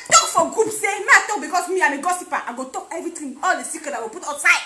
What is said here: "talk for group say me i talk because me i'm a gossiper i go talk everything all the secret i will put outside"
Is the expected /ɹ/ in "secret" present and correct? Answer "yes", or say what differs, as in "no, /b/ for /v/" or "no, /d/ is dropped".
no, /ɹ/ is dropped